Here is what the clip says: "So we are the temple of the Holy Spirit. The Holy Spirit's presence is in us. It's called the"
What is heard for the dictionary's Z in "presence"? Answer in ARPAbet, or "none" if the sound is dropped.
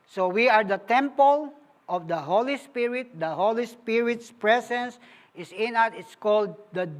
S